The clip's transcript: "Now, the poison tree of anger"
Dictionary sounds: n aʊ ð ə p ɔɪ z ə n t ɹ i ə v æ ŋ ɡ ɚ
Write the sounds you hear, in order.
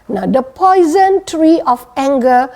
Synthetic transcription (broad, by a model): n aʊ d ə p ɔɪ z ə n t ɹ i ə f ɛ ŋ ɡ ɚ